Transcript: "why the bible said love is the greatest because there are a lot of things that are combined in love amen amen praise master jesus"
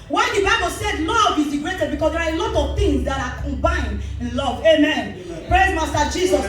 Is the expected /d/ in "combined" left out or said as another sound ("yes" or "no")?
no